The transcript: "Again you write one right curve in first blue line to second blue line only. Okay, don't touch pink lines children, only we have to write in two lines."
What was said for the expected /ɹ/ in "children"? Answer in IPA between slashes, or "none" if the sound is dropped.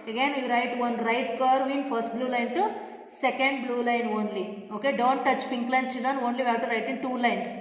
none